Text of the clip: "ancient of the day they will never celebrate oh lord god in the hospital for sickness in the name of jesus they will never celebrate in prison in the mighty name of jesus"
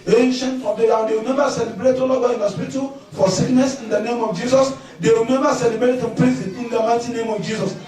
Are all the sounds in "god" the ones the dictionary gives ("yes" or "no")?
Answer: no